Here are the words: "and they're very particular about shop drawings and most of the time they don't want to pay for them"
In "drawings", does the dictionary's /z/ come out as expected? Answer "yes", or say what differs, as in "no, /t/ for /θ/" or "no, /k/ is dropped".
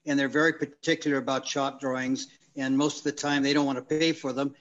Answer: yes